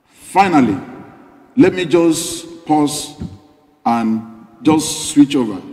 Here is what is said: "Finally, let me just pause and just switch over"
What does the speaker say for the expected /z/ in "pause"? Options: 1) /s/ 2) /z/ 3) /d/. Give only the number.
1